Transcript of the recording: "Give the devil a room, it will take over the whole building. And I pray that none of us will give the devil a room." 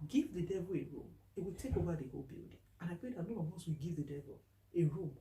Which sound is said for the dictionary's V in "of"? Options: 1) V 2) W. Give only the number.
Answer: 2